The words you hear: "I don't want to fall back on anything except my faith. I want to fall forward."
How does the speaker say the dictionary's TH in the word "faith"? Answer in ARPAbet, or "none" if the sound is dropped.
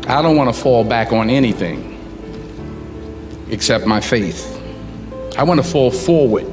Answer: TH